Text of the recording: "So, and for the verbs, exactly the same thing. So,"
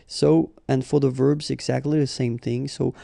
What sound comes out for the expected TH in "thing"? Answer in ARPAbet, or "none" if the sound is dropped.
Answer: TH